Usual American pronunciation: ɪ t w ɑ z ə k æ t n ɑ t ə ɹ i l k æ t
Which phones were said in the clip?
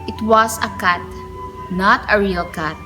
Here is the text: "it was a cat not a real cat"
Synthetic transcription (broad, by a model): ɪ t w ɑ s ə k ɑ t n ɑ t ə ɹ i l k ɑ t